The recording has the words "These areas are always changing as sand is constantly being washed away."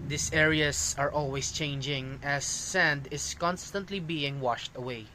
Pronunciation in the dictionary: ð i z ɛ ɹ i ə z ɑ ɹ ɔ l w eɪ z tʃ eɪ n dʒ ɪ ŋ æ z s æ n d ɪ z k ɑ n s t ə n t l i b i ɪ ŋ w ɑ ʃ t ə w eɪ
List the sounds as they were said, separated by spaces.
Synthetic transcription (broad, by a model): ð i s ɛ ɹ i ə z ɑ ɹ ɔ l w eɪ s tʃ eɪ n dʒ ɪ ŋ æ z s æ n d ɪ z k ɑ n s t ə n t l i b i ɪ ŋ w ɑ ʃ t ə w eɪ